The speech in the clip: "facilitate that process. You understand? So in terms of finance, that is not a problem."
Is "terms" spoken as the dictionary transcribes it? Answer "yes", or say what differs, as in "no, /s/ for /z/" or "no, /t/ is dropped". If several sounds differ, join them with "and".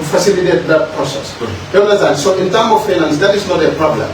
no, /z/ is dropped